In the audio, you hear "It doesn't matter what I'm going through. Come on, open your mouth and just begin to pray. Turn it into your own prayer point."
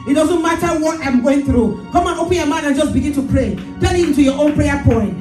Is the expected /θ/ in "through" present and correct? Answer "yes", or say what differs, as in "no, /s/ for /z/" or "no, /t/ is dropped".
yes